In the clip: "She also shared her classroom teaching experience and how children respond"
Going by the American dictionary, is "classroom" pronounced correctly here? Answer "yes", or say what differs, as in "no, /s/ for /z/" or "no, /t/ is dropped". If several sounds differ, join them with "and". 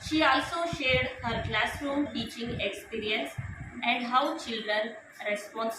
yes